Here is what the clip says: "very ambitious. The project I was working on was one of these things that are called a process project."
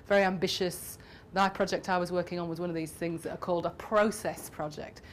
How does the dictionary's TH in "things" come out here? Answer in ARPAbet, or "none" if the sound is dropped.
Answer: TH